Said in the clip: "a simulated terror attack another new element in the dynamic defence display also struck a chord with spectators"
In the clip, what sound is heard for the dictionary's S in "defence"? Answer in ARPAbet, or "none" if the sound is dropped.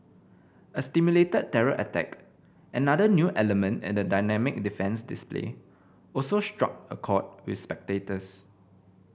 S